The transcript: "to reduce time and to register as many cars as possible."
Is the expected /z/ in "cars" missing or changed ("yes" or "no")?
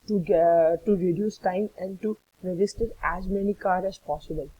yes